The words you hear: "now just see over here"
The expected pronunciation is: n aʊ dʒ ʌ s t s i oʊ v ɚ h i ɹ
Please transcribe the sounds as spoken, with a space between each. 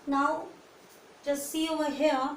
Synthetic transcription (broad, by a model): n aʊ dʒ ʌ s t s i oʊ ɚ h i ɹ